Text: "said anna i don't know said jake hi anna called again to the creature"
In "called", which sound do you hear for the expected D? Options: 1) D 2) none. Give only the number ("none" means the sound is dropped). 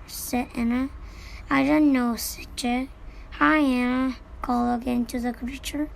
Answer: 2